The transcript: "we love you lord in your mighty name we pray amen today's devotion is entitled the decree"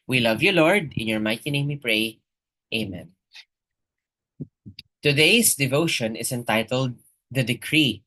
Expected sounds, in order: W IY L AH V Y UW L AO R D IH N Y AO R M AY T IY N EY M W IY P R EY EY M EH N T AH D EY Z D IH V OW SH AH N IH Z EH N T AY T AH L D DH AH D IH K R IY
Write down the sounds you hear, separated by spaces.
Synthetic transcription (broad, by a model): W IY L AH V Y UW L AO R D IH N Y AO R M AY T IY N EY M W IY P R EY EY M EH N T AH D EY S D IH V OW SH AH N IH S EH N T AY T AH L D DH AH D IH K R IY